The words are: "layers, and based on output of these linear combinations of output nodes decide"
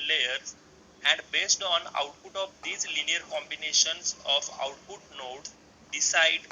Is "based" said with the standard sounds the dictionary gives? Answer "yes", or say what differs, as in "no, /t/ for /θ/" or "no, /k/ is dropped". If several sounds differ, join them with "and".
yes